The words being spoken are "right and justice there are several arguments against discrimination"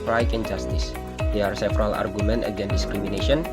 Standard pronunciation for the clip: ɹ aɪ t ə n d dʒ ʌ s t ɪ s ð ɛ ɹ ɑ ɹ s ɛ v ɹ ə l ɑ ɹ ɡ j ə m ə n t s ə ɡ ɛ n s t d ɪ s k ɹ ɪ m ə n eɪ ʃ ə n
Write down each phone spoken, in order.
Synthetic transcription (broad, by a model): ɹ aɪ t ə n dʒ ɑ s t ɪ s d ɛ ɑ ɹ s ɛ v ɹ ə l ɑ ɹ ɡ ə m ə n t ə ɡ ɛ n d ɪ s k ɹ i m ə n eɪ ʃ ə n